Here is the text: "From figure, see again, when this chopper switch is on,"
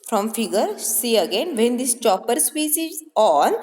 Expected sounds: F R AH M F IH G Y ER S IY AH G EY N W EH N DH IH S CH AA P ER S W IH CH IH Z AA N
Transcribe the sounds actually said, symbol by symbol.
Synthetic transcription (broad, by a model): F R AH M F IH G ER S IY AH G EY N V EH N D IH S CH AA P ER S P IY S IH Z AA N